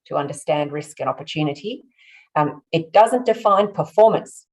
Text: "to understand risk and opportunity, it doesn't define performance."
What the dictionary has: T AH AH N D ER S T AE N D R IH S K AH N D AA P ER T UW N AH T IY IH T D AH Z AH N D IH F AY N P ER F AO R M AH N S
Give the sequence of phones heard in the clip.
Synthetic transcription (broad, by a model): T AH AH N D ER S T AE N D R IH S K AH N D AA P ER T UW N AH T IY IH T D AH Z AH N D IH F AY N P ER F AO R M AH N S